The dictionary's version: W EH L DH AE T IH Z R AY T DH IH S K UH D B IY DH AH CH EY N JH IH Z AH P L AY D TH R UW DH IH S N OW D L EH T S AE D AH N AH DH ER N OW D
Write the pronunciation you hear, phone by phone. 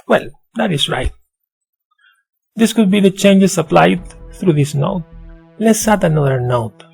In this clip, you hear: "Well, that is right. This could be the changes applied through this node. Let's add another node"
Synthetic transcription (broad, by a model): W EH L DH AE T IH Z R AY T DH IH S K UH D B IY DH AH CH EY N JH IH S AH P L AY D TH R UW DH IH S N OW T L EH T S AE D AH N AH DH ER N OW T